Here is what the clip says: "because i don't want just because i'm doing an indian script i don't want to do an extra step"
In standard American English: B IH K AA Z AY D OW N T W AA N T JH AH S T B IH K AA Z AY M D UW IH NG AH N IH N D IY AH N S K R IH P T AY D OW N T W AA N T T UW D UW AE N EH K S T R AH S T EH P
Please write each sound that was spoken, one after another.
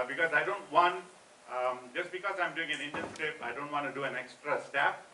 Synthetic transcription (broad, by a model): B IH K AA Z AY D OW N T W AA N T JH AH S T B IH K AA Z AY M D UW IH NG AH N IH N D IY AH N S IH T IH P AY D OW N T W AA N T T UW D UW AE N EH K S T R AH S T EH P